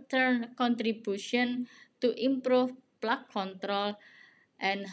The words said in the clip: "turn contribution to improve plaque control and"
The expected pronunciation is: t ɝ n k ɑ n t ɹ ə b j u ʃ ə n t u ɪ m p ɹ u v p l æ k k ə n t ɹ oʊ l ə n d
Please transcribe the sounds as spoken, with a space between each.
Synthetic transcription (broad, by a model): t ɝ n k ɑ n t ɹ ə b j u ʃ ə n t u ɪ m p ɹ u f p l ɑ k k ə n t ɹ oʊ l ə n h